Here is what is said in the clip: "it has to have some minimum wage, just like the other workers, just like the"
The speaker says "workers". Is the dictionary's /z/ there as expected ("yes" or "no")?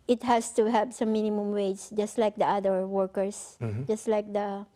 no